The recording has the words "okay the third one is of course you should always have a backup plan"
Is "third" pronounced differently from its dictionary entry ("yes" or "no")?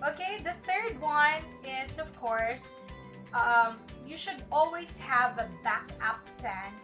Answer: no